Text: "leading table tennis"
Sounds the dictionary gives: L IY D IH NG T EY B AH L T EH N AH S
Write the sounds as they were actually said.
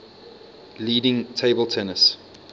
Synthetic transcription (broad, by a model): L IY D IH NG T EY B AH L T EH N AH S